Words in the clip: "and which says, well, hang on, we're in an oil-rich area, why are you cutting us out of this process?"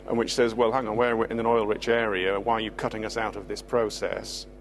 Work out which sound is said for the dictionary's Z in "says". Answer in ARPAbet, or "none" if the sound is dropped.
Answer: Z